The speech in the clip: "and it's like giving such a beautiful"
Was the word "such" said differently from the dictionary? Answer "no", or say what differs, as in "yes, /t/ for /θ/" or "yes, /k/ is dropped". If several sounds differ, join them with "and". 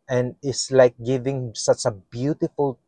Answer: no